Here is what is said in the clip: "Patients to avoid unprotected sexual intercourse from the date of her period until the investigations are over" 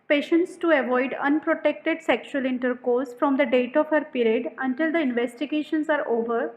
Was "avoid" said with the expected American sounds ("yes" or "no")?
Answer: yes